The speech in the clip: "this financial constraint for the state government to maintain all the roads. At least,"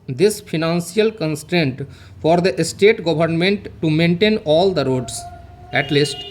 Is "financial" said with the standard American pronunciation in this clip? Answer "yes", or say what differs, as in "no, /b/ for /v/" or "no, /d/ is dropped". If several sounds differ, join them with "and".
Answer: no, /s/ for /ʃ/